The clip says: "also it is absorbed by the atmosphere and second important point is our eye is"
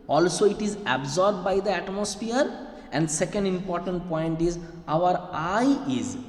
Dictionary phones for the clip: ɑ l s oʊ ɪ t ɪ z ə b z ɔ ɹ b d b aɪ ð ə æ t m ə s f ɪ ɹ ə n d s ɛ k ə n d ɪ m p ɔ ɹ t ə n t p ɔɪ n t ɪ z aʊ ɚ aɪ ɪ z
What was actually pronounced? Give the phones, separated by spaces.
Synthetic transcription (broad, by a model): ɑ l s oʊ ɪ t ɪ z ə b z ɔ ɹ b d b aɪ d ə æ t m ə s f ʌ ɹ ə n d s ɛ k ə n d ɪ m p ɔ ɹ t ə n t p ɔɪ n t ɪ z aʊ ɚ aɪ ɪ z